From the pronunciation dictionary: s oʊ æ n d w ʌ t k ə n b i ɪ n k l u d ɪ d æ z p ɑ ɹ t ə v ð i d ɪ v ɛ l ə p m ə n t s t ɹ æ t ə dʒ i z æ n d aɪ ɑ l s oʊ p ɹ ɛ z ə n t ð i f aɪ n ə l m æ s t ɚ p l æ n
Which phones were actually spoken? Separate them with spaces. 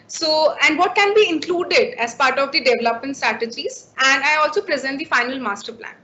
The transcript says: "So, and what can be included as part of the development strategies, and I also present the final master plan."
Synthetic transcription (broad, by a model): s oʊ æ n d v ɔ t k ə n b i ɪ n k l u d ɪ d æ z p ɑ ɹ t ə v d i d ɪ v ɛ l ə p m ə n t s t ɹ æ t ə dʒ i z æ n d aɪ ɑ l s oʊ p ɹ ɛ z ə n t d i f aɪ n ə l m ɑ s t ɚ p l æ n